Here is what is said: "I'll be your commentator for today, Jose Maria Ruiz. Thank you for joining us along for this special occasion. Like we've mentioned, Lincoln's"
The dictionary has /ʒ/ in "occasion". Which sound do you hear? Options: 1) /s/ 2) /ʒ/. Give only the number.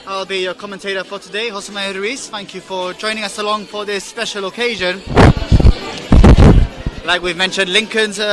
2